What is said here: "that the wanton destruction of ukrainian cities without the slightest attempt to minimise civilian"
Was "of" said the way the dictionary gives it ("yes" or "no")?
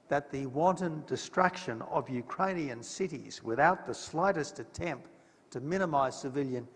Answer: yes